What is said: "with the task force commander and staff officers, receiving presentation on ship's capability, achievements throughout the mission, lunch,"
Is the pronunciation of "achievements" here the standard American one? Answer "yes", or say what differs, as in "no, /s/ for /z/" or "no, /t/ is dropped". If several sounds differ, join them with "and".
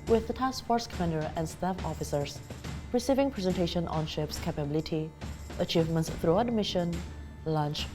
yes